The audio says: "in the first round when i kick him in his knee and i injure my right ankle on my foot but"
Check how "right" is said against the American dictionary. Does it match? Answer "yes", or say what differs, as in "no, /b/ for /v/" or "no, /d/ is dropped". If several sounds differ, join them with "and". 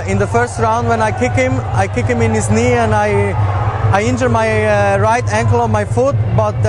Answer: yes